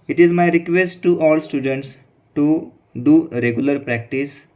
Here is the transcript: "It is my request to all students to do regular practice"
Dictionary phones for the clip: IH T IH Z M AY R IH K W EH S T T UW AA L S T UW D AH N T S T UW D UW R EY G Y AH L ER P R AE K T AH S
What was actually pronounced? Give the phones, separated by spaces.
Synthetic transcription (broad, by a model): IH T IH Z M AY R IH K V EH S T T UW AA L S T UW D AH N T S T UW D UW R EY G Y AH L ER P R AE K T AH S